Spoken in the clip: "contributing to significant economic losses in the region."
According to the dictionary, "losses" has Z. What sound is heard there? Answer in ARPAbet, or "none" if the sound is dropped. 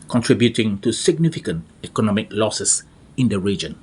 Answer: S